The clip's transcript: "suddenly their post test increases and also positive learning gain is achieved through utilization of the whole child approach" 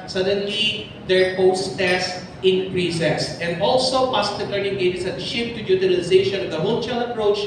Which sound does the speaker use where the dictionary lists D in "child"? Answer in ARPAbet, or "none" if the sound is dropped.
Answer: none